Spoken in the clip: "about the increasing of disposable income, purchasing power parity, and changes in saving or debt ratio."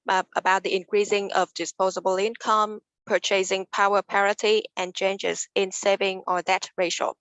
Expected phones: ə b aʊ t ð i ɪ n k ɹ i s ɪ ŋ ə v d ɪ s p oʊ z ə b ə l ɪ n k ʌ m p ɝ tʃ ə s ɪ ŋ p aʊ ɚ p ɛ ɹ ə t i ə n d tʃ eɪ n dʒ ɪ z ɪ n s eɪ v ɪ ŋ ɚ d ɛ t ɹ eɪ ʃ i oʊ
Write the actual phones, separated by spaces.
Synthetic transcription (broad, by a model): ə b aʊ t ð i ɪ n k ɹ i s ɪ ŋ ə v d ɪ s p oʊ z ə b ə l ɪ n k ʌ m p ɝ tʃ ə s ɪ ŋ p aʊ ɚ p ɛ ɹ ə t i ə n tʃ eɪ n dʒ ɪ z ɪ n s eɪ v ɪ ŋ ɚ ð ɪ t ɹ eɪ ʃ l